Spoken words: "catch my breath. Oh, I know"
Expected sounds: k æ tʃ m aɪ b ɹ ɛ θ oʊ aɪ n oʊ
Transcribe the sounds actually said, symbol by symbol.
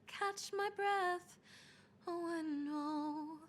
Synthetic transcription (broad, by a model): k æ tʃ m aɪ b ɹ ɛ θ oʊ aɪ n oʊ